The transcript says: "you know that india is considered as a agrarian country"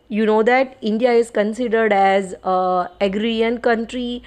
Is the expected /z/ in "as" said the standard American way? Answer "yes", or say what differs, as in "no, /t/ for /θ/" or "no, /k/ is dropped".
yes